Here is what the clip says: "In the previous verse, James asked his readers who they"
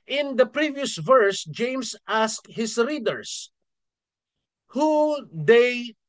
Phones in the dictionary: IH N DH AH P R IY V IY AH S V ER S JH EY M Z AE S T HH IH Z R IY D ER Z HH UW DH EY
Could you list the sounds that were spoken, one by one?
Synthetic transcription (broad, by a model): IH N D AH P R IY V IY AH S V ER S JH EY M S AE S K HH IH S R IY D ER S HH UW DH EY